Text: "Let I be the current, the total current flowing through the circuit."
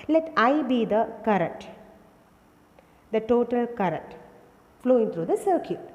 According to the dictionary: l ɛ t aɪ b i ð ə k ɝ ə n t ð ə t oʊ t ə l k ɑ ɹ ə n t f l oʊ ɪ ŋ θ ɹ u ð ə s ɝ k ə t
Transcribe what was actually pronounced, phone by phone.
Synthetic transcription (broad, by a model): l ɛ t aɪ b i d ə k ɝ ə n t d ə t oʊ t ə l k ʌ ɹ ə n t f l oʊ ɪ ŋ t ɹ u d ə s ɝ k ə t